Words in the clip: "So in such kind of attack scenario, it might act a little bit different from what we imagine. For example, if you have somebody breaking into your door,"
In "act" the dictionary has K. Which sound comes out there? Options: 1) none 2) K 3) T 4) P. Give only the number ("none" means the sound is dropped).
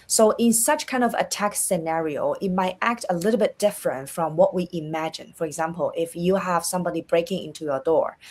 2